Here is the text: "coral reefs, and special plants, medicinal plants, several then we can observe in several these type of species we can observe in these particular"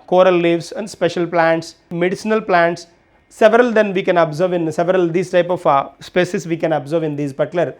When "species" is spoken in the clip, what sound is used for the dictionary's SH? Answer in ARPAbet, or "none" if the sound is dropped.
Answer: S